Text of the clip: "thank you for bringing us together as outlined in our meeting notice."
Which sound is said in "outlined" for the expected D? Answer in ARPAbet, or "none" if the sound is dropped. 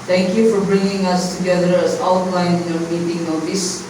none